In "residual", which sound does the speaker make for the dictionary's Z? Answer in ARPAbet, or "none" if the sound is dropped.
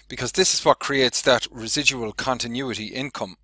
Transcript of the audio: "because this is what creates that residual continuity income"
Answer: Z